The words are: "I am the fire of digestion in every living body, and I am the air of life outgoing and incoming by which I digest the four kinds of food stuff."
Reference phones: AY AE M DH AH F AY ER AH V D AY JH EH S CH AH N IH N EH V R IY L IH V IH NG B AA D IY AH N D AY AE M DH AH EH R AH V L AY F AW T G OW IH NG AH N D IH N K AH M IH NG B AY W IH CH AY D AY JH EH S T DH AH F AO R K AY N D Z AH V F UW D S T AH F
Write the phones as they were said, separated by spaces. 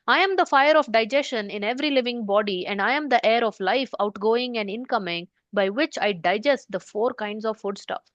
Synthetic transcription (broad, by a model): AY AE M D AH F AY ER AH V D AY JH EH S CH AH N IH N EH V R IY L IH V IH NG B AA D IY AH N D AY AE M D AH EH R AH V L AY F AW T G OW IH NG AH N D IH N K AH M IH NG B AY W IH CH AY D AY JH EH S T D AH F AO R K AY N D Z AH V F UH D S T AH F